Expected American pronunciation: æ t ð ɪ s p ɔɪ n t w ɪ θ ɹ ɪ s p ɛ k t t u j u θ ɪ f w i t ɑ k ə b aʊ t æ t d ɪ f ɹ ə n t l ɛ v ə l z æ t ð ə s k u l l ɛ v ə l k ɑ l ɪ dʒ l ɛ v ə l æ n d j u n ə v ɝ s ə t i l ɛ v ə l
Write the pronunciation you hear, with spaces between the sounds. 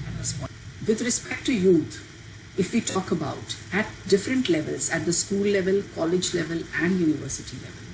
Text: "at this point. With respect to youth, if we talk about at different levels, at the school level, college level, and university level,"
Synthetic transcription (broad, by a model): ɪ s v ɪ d ɹ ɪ s p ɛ k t t u j u t ɪ f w i t ɑ k ə b aʊ t æ t d ɪ f ɹ ə n t l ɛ v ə l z æ t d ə s k u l l ɛ v ə l k ɑ l ɪ dʒ l ɛ v ə l æ n d j u n ə v ɝ s ə t i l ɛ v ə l